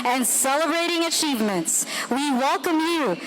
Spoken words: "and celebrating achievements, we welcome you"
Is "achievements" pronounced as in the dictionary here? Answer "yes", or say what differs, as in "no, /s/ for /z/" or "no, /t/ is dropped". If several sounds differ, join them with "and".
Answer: yes